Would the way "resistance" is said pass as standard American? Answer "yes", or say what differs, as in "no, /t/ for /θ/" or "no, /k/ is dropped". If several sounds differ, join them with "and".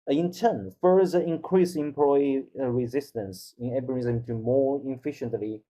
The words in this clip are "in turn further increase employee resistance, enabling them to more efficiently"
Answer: yes